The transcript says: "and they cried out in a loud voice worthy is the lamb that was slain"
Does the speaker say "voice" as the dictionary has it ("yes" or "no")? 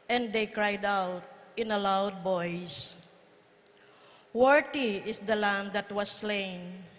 no